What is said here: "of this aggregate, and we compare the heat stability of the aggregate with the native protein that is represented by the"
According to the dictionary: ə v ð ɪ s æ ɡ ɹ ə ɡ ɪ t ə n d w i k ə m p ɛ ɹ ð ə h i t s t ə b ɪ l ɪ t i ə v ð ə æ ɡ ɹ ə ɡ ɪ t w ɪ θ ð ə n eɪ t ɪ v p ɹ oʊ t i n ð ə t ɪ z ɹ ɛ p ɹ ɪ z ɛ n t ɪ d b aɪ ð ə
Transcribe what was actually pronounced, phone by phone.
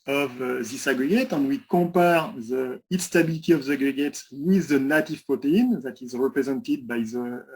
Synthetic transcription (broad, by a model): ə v ð ɪ s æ ɡ ɹ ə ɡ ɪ t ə n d w i k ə p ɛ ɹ ð ə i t s t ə b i l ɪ t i ə v ð ə ɡ ɹ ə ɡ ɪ t w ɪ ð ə n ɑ t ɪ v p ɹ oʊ t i n ð ə t ɪ z ɹ ɛ p ɹ ɪ z ɛ n t ɪ d b aɪ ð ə